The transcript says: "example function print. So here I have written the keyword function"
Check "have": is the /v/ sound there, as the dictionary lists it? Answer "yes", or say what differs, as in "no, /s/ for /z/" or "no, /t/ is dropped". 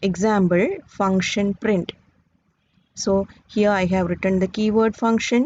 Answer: yes